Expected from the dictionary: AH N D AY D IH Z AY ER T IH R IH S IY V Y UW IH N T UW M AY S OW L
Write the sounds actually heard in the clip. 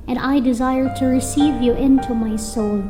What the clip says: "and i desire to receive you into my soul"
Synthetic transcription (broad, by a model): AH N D AY D IH Z AY ER T IH R IH S IY V Y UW IH N T UW M AY S OW L